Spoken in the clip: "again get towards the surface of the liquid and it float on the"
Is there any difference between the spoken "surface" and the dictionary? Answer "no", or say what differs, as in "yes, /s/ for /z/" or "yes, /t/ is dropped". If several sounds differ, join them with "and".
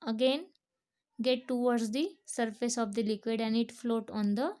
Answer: no